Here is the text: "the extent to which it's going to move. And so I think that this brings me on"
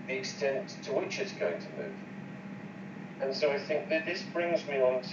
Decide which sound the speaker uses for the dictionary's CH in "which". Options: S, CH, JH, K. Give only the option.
CH